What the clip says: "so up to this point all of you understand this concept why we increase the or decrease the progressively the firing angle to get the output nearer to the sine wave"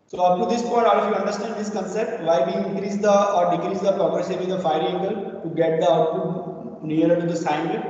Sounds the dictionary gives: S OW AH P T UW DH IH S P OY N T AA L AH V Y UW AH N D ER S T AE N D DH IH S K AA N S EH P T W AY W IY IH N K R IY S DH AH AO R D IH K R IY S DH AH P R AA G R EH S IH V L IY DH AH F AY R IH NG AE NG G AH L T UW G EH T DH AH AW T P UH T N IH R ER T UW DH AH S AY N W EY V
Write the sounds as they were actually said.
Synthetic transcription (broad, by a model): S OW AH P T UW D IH S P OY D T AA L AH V Y UW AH N D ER S T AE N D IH S K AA N S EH P T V AY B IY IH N K R IY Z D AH AO R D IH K R IY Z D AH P R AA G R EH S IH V IY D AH F AY IH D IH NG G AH L T UW G EH T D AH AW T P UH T N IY R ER T UW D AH S AY N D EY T